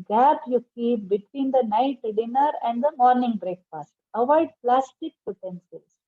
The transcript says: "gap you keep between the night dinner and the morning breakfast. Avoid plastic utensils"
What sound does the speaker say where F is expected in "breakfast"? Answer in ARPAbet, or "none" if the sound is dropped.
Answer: P